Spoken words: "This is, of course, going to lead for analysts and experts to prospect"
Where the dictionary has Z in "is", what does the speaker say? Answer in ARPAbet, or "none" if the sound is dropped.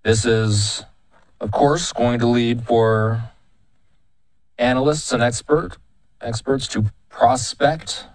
Z